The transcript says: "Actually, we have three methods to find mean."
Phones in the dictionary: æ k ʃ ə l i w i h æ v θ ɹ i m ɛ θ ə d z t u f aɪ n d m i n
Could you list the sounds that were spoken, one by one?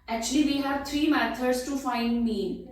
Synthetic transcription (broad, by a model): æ k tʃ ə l i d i h æ v t ɹ i m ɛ t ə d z t u f aɪ n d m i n